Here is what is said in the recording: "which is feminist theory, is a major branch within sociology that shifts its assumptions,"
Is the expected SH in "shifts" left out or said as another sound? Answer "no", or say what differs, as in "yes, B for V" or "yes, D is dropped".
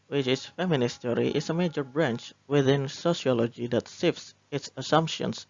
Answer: yes, S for SH